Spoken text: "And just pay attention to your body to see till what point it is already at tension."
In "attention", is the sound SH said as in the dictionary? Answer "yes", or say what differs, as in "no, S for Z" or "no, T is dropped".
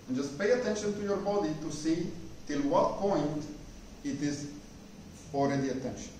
yes